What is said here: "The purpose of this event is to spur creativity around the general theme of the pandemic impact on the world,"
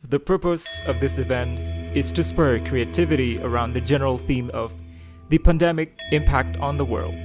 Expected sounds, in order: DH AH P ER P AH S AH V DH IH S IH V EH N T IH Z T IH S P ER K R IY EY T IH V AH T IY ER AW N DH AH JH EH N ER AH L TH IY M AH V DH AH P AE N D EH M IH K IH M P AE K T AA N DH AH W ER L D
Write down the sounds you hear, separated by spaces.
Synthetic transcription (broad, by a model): DH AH P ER P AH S AH V DH IH S IH V EH N T IH Z T IH S P ER K R IY EY T IH V AH T IY ER AW N DH AH JH EH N ER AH L TH IY M AH V DH AH P AE N D EH M IH K IH M P AE K T N DH AH W ER L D